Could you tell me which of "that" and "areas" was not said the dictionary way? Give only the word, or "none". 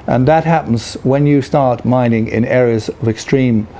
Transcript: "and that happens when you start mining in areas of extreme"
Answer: none